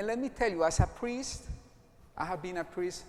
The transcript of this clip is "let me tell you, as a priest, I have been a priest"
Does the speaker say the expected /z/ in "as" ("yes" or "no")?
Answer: no